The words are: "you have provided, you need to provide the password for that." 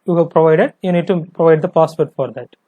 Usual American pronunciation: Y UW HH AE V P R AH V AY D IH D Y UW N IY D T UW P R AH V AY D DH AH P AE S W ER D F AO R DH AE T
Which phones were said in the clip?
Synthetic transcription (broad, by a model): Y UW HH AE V P R AH V AY D IH D Y UW N IY D T UW P R AH V AY D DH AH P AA S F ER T F AO R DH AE T